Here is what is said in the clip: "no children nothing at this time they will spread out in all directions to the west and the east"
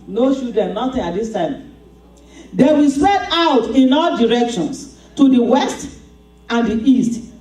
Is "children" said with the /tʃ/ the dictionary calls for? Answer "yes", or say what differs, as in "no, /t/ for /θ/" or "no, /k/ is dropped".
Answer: no, /ʃ/ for /tʃ/